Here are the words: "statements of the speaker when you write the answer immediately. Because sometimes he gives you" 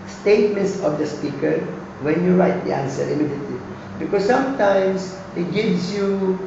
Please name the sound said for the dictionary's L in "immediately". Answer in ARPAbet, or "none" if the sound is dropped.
none